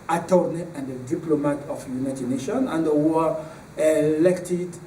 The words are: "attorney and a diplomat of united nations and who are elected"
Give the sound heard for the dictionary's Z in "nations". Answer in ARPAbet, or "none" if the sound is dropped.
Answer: none